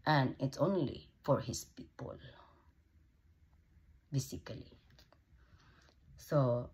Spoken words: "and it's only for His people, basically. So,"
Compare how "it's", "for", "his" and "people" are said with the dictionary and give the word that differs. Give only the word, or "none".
his